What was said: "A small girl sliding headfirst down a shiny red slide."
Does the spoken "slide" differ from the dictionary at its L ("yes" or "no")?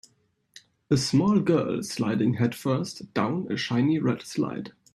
no